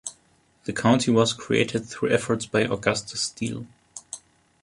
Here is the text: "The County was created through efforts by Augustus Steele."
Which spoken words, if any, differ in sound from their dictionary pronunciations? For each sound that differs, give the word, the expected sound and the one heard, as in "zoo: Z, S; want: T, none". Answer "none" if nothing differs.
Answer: none